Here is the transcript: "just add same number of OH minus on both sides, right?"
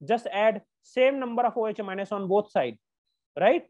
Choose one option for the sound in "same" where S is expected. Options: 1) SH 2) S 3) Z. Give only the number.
2